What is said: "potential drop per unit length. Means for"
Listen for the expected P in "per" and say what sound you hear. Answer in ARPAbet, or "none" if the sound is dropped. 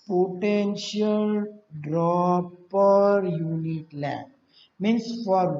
P